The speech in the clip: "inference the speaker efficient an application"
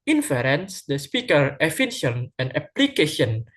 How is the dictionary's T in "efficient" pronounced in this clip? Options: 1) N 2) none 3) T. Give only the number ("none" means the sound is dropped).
2